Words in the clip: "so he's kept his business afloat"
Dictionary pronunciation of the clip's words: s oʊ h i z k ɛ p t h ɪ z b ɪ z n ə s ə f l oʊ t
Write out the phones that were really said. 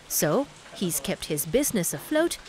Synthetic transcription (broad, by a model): s oʊ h i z k ɛ p t h ɪ z b ɪ z n ə s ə f l oʊ t